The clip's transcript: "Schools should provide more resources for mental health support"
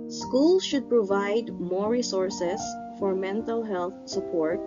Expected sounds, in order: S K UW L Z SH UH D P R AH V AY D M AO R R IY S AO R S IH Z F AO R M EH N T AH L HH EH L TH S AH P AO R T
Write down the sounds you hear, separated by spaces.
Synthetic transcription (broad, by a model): S K UW L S SH UH D P R AH V AY D M AO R R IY S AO R S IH S F AO R M EH N T AH L HH EH L TH S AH P AO R T